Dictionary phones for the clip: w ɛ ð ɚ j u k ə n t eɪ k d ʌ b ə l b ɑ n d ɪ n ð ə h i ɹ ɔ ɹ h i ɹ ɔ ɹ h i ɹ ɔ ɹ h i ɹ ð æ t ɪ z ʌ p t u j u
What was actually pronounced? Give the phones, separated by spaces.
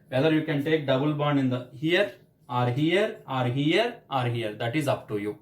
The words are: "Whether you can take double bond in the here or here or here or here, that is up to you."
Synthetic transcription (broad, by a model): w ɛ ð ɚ j u k ə n t eɪ k d ʌ b ə l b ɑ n ɪ n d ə h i ɹ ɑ ɹ h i ɹ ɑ ɹ h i ɹ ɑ ɹ h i ɹ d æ t ɪ z ʌ p t u j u